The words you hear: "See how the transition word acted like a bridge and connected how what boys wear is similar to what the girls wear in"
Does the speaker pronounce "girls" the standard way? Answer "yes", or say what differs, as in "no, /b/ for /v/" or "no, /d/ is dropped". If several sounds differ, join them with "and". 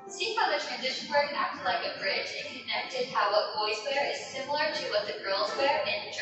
yes